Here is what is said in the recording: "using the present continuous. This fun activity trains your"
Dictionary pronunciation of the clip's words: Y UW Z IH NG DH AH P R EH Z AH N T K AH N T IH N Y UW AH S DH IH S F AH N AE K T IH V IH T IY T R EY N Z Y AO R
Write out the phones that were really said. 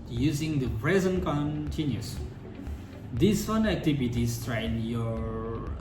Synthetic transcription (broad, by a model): Y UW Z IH NG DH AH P R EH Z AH N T K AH N T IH N Y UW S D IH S F AH N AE K T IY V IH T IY T R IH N Y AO